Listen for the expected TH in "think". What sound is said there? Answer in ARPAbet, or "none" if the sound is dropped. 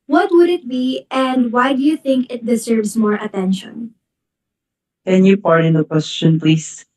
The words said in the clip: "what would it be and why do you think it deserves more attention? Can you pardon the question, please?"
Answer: TH